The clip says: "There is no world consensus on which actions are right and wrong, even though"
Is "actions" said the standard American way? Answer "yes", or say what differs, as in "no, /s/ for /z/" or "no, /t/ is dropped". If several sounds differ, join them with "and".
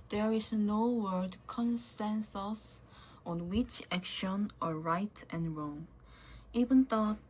no, /z/ is dropped